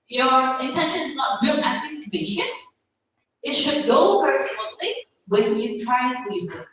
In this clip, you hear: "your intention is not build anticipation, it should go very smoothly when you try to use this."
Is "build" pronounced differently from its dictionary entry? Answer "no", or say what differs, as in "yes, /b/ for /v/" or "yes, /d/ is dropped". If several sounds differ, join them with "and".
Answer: yes, /d/ is dropped